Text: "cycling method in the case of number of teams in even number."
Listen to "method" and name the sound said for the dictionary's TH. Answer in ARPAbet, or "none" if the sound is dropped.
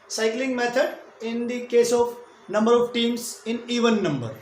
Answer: T